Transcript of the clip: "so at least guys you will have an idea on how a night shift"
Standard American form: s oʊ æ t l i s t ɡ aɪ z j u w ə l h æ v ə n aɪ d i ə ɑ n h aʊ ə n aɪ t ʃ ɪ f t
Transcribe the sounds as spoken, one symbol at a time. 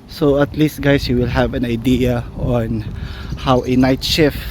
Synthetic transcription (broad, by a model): s oʊ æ t l i s t ɡ aɪ s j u w ə l h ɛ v ə n aɪ d i ə ɑ n h aʊ ə n aɪ t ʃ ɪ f